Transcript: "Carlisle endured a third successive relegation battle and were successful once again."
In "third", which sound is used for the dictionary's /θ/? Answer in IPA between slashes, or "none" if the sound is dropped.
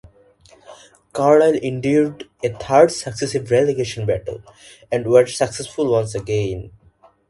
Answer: /t/